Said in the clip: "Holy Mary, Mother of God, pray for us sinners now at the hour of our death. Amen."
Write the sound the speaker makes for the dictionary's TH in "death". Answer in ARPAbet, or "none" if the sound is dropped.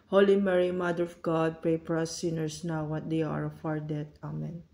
T